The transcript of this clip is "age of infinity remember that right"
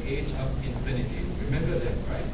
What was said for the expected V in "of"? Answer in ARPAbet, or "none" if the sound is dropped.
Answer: P